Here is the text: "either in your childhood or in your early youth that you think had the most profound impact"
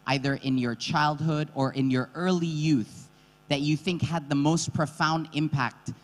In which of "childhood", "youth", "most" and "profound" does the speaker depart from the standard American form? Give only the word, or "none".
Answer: none